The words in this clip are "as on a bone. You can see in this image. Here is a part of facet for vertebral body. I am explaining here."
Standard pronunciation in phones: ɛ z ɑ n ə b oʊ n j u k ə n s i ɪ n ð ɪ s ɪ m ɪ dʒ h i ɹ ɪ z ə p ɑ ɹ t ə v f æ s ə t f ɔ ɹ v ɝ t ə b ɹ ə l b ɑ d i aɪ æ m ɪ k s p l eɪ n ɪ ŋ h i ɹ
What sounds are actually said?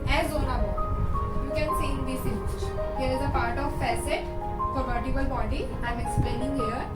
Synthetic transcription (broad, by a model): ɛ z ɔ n ə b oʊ j u k ə n s i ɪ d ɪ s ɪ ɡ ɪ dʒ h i ɹ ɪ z ə p ɑ ɹ t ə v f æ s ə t f ɔ ɹ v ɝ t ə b ə l b ɑ d i aɪ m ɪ k s p l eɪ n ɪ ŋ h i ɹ